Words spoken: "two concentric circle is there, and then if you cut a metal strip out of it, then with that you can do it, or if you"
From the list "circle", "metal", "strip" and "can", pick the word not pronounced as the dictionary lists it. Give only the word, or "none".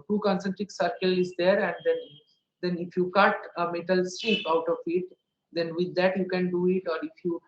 strip